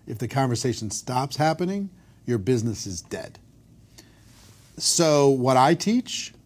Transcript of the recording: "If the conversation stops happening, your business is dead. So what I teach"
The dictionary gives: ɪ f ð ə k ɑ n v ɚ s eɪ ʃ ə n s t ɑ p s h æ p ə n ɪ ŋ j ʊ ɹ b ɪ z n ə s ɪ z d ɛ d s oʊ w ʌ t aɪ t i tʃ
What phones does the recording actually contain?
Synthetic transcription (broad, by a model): ɪ f ð ə k ɑ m v ɚ s eɪ ʃ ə n s t ɑ p s h æ p ə n ɪ ŋ j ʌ ɹ b ɪ z n ə s ɪ z d ɛ d s oʊ w ʌ t aɪ t i tʃ